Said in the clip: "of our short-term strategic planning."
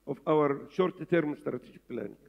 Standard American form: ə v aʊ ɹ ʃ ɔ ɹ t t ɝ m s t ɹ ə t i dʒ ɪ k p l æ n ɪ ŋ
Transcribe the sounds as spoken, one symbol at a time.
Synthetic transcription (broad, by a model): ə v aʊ ɹ ʃ ɔ ɹ t t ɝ m s t ɹ ə t i dʒ ɪ k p l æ n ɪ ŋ